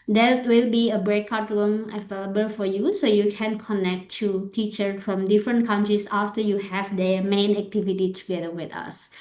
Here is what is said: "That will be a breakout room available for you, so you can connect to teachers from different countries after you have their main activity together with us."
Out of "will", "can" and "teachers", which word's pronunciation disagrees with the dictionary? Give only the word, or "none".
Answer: teachers